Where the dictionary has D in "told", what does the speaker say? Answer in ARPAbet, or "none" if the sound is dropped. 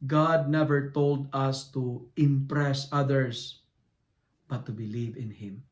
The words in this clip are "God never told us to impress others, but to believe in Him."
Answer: D